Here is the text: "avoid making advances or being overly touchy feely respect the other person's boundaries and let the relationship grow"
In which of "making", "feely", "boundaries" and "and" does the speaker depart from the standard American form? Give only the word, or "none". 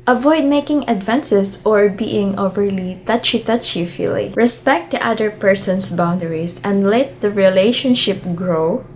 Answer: boundaries